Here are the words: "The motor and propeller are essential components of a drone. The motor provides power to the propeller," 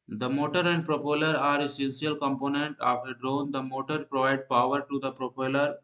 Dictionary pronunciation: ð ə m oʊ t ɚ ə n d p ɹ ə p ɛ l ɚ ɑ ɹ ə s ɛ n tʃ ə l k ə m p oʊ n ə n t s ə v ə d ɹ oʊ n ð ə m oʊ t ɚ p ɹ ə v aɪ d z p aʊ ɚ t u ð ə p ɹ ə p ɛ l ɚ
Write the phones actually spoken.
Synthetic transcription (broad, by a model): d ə m oʊ t ɚ ə n d p ɹ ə p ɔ l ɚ ɑ ɹ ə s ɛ n s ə l k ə m p oʊ n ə n t ə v ə d ɹ oʊ n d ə m oʊ t ɚ p ɹ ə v aɪ d p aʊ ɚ t u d ə p ɹ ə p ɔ l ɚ